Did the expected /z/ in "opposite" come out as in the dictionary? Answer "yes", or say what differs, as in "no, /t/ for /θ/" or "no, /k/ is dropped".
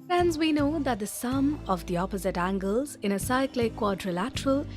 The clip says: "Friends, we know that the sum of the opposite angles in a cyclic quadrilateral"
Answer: yes